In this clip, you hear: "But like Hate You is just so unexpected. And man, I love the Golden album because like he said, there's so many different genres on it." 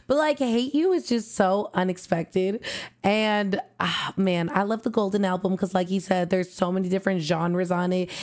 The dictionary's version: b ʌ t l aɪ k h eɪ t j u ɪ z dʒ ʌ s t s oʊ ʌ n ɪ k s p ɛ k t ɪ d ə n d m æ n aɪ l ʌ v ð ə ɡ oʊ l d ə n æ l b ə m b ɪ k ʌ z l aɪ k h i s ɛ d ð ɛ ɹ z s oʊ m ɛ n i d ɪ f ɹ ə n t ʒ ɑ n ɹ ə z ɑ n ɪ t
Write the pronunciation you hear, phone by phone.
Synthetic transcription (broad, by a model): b ʌ t l aɪ k h eɪ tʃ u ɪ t dʒ ʌ s t s oʊ ʌ n ɪ k s p ɛ k t ɪ d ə n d m æ n aɪ l ʌ v ð ə ɡ oʊ l d n æ l b ə m k ʌ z l aɪ k h i s ɛ d ð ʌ ɹ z s oʊ m ɛ n i d ɪ f ɹ ə n t ʒ ɑ n ɹ ə z n ɪ t